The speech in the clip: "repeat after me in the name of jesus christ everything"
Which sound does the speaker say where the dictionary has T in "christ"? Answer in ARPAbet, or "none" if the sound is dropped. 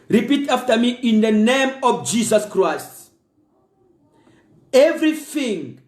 T